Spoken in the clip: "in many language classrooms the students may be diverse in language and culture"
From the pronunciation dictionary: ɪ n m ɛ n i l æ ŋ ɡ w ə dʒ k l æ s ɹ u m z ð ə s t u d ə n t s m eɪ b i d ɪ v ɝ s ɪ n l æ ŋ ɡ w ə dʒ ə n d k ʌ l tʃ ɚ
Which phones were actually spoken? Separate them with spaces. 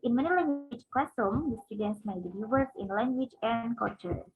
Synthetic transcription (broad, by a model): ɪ n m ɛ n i l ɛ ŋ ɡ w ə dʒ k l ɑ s u m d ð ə s t u d ə n t s m eɪ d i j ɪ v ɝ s ɪ n l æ ŋ ɡ w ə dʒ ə n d k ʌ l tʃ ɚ